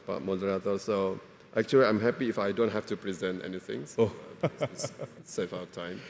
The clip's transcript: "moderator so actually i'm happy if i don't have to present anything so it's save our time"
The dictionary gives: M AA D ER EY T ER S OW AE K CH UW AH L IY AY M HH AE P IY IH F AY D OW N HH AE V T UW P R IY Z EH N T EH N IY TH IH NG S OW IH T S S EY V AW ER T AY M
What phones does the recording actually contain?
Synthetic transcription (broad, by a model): M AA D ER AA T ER S OW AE K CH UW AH L IY AY M HH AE P IY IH F AY D OW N HH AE F T UW P R IY Z EH N T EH N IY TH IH NG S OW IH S S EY F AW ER T AY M